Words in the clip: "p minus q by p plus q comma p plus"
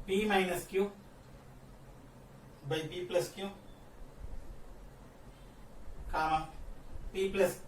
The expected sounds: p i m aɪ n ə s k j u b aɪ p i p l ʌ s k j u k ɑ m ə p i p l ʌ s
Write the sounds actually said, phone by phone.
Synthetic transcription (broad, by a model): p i m aɪ n ə s k j u b aɪ p i p l ʌ s k j u k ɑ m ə p i p l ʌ s